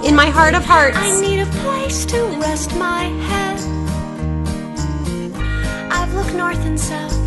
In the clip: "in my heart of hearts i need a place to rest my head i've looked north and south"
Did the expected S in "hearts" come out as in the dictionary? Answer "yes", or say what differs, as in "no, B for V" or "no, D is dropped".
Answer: no, S is dropped